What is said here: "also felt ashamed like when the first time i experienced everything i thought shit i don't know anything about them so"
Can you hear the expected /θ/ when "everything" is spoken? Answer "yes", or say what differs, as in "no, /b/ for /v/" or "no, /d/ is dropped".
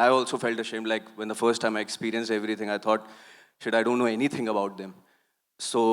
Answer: no, /t/ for /θ/